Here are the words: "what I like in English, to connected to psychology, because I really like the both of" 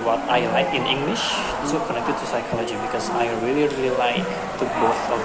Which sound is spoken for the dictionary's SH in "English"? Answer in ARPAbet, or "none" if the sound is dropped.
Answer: SH